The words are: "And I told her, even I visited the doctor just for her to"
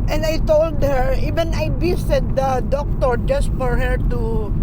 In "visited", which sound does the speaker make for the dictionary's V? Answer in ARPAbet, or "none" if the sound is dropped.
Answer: B